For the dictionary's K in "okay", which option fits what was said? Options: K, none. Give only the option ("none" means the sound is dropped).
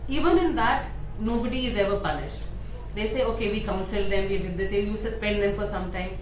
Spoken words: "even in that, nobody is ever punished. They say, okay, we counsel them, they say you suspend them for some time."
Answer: K